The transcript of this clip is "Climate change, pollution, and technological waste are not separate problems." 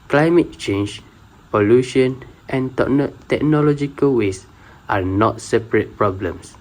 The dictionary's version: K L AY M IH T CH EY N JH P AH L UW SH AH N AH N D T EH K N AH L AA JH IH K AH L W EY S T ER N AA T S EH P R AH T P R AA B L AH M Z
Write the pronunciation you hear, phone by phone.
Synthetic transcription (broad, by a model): K L AY M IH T CH EY N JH P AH L UW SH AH N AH N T T EH K N AH L AA JH IH K AH L W EY S T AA N AA T S EH P R AH T P R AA B L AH M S